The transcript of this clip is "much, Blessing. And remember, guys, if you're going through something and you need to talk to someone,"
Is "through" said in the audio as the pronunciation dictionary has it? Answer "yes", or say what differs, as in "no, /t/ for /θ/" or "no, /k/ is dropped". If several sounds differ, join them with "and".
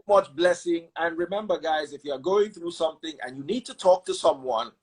yes